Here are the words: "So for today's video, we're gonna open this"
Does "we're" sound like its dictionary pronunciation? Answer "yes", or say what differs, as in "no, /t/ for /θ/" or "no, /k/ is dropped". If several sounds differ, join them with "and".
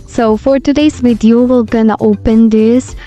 no, /l/ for /ɹ/